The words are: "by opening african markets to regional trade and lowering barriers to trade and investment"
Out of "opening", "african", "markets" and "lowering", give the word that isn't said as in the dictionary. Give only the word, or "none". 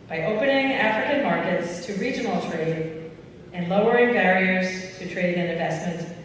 none